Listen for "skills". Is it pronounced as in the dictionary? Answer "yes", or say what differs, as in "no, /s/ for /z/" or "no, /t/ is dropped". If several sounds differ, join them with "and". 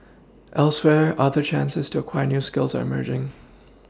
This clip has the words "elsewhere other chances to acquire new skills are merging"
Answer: yes